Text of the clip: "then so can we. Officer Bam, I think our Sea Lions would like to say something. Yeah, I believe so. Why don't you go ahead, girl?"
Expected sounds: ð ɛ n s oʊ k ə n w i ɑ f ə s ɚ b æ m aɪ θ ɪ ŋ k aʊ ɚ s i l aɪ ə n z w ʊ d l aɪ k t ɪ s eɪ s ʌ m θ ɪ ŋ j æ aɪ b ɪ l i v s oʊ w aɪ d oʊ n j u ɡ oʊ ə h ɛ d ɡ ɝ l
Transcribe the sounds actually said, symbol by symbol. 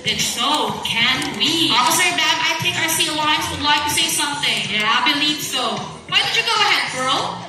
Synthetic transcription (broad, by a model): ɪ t s oʊ k ə n w i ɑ ə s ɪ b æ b aɪ t ɪ k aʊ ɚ s i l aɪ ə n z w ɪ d l aɪ k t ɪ s eɪ s ʌ m θ ɪ ŋ j æ aɪ b ɪ l i v s oʊ w aɪ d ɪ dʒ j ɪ ɡ oʊ ə h ɛ d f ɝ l